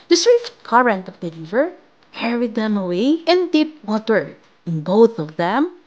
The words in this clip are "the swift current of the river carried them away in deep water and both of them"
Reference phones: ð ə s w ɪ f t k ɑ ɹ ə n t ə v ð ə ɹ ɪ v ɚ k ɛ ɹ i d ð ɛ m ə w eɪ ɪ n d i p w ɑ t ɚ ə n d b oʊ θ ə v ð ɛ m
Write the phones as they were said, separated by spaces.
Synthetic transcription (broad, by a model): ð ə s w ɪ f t k ɑ ɹ ə n t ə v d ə l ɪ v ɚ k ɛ ɹ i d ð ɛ m ə w eɪ ɪ n d i p w ɑ t ɚ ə n b oʊ θ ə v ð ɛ m